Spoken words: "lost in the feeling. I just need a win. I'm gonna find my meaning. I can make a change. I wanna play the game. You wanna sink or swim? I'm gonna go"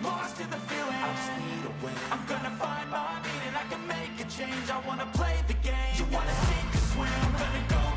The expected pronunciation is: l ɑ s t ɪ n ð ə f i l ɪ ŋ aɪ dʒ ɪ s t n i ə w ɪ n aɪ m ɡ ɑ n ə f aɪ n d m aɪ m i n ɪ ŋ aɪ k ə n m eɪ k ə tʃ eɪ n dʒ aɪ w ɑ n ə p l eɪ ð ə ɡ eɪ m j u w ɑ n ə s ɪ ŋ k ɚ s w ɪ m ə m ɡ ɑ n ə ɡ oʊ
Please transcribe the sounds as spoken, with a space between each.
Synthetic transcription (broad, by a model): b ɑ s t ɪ ð ə f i l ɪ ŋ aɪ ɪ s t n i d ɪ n aɪ m ɡ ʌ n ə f aɪ n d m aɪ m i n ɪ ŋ aɪ k ə n m eɪ k ə tʃ eɪ n dʒ aɪ w ɑ n ə p l eɪ ð ə ɡ eɪ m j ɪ w ɑ n ə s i k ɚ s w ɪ ə m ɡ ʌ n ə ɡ oʊ